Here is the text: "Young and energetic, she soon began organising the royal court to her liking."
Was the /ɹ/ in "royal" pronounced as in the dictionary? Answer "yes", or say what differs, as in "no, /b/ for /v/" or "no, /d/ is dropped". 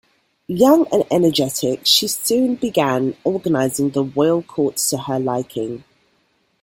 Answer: no, /w/ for /ɹ/